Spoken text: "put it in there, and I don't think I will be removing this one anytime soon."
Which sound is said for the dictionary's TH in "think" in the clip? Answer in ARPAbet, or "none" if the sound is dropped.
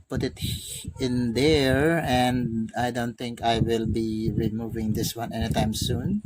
T